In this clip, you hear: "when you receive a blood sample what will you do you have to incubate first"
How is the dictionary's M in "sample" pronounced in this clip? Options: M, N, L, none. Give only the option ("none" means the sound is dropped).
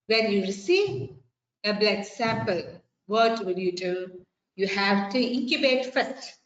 M